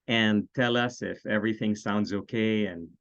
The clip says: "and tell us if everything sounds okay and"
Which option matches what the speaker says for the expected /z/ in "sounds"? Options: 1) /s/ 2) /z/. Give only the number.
2